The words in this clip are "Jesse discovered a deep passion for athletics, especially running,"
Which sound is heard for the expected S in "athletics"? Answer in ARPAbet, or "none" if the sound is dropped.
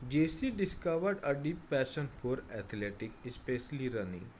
none